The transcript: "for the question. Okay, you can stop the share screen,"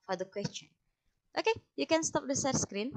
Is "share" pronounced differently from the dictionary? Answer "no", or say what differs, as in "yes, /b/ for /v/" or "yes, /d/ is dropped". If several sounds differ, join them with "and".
yes, /s/ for /ʃ/